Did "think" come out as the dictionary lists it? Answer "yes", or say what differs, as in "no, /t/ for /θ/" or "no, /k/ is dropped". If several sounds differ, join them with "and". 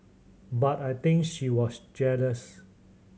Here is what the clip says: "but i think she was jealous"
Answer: no, /t/ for /θ/